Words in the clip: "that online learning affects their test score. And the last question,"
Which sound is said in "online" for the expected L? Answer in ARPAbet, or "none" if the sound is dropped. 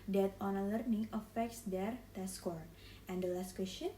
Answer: none